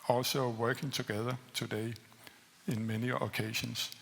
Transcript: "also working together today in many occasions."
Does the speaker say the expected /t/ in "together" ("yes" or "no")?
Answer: no